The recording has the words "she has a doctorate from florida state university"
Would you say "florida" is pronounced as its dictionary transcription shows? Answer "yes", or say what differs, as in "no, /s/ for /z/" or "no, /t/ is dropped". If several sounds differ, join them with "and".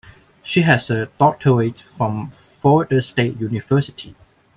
no, /l/ is dropped